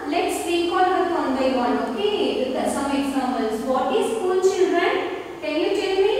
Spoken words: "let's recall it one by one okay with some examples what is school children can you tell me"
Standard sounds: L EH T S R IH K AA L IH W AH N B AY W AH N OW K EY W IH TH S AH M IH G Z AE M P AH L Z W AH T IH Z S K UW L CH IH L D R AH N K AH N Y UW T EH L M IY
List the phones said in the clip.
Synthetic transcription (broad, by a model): L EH T S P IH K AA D IH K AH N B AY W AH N OW K EY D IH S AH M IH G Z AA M AH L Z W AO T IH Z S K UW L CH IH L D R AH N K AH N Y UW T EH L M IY